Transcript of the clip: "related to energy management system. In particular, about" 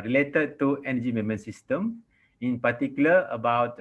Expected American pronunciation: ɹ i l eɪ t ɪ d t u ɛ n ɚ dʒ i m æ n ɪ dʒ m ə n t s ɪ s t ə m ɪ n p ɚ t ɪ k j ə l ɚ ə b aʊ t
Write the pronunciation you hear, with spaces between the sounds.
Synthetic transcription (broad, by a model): ɹ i l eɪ t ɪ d t u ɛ n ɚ dʒ i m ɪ m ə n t s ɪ s t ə m ɪ n p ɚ t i k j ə l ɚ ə b aʊ t